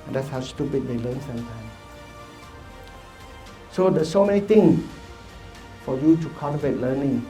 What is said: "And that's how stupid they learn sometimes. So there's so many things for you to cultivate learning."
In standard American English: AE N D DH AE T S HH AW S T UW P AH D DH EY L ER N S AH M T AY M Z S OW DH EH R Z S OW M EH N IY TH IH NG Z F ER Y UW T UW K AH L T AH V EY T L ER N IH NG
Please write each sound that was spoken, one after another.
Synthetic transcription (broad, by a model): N D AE T S HH AW S T UW P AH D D EY L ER N S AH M T AY M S S OW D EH S OW M EH N IY T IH NG S F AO Y UW T UW K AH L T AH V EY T L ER N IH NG